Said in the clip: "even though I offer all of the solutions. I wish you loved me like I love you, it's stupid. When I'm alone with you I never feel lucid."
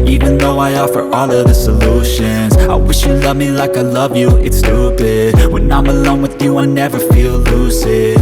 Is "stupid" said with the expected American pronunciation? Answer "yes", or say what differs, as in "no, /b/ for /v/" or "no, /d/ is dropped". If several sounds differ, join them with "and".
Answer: no, /b/ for /p/